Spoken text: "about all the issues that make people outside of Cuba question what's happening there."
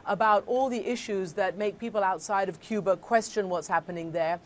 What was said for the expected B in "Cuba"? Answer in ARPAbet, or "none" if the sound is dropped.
B